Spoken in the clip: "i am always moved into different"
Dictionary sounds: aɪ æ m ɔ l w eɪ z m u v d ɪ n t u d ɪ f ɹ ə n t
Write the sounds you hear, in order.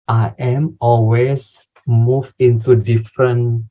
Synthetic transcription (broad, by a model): aɪ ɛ m ɔ l w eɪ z m u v ɪ n t u d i f ɹ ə n